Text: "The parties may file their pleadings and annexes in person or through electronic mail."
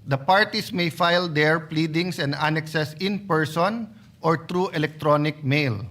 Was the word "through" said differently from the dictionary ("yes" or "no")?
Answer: yes